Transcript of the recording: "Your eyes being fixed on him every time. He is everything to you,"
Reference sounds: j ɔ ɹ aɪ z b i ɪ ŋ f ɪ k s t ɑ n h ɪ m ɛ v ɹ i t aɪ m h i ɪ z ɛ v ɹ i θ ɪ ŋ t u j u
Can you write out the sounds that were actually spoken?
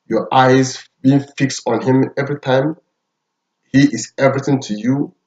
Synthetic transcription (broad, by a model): j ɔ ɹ aɪ z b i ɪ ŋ f ɪ k s t ɑ n h ɪ m ɛ v ɹ i t aɪ m h i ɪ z ɛ v ɹ i θ ɪ ŋ t u j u